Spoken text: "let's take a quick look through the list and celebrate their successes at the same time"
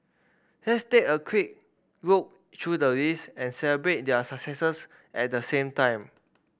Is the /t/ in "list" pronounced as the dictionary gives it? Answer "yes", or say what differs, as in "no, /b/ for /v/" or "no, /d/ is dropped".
no, /t/ is dropped